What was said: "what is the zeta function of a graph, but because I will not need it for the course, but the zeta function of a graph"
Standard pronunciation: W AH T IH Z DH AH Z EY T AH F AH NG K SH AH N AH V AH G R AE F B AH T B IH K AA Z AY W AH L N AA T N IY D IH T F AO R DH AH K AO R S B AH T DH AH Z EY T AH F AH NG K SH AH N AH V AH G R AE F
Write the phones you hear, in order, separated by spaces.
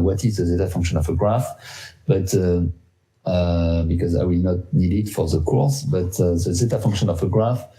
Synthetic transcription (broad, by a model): W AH T IH Z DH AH Z EY T AH F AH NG K SH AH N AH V AH G R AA F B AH T B IH K AA Z AY W AH L N AA T N IY D IH T F AO R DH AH K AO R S B AH T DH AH Z EY T AH F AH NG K SH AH N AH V AH G R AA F